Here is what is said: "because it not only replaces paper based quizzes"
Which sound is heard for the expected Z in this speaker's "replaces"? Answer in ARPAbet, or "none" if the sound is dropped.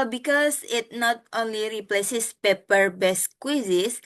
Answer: S